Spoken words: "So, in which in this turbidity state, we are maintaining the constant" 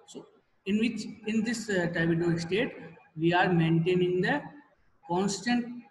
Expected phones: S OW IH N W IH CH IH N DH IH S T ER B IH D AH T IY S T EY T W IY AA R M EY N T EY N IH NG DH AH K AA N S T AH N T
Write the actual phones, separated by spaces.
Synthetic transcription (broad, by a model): S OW IH N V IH CH IH N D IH S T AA IH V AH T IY S T EY T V IY AA R M EY N T EY N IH NG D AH K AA N S T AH N T